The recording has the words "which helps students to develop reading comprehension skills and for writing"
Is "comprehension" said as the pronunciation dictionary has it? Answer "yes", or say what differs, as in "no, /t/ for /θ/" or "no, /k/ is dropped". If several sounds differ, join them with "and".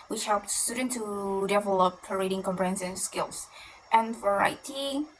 no, /s/ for /ʃ/